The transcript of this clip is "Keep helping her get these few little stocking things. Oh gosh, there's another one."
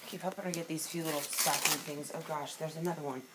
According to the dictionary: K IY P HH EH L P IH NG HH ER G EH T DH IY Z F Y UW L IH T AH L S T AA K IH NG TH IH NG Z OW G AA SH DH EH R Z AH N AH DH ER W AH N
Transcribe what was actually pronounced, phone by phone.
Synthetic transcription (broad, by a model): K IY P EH P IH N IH G EH T DH IY Z F Y UW L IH T L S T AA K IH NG TH IH NG Z OW G AA SH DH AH R Z AH N AH DH ER W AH N